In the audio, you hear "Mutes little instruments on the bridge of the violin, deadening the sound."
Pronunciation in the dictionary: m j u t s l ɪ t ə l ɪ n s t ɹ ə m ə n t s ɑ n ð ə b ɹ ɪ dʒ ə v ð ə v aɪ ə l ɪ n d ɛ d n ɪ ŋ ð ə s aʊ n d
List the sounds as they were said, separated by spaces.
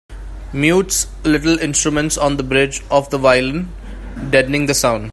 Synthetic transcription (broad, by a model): m j u t s l ɪ t ə l ɪ n s t ɹ ə m ə n t s ɑ n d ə b ɹ ɪ dʒ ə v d ə v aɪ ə l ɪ n d ɛ d n ɪ ŋ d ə s aʊ n d